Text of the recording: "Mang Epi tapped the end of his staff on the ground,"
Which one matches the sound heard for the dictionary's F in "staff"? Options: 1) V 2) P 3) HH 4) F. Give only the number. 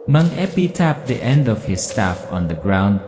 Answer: 4